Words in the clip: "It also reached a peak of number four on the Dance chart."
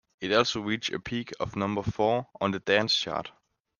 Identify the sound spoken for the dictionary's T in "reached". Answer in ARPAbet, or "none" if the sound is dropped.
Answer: none